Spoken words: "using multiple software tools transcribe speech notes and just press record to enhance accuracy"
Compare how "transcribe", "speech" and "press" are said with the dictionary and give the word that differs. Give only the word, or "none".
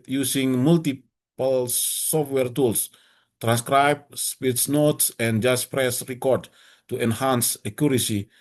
speech